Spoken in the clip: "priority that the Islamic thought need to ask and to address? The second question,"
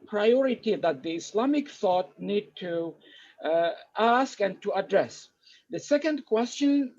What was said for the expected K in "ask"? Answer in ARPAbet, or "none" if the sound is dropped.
K